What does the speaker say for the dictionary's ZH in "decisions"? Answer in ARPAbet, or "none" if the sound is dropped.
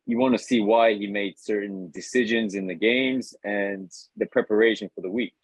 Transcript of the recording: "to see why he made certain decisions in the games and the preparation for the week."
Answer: ZH